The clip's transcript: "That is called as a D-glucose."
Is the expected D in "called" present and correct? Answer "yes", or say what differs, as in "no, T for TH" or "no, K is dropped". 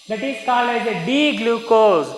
no, D is dropped